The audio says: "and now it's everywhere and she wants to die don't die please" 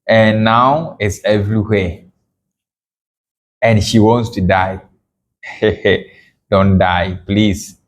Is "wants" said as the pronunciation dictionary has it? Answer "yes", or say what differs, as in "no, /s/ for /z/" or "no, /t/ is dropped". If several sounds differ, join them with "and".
yes